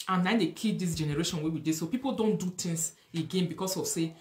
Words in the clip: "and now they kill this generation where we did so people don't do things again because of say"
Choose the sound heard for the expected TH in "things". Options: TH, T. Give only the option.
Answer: T